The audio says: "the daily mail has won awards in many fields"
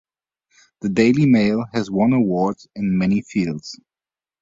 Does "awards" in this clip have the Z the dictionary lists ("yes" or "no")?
no